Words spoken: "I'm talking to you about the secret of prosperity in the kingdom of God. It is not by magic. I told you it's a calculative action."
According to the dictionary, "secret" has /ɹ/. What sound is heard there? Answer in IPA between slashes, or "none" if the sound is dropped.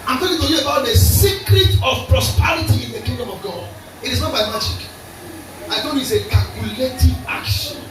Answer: /ɹ/